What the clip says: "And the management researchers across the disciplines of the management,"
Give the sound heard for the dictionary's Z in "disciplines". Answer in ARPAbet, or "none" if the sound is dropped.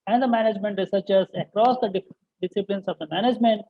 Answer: S